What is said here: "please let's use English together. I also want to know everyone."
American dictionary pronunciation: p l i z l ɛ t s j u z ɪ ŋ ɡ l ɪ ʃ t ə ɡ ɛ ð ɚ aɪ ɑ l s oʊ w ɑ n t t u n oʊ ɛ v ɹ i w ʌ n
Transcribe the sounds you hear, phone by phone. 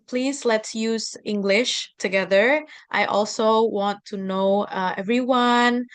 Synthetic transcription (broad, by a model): p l i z l ɛ t s j u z ɪ ŋ ɡ l ɪ ʃ t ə ɡ ɛ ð ɚ aɪ ɑ l s oʊ w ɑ n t t u n oʊ ɛ v ɹ i w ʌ n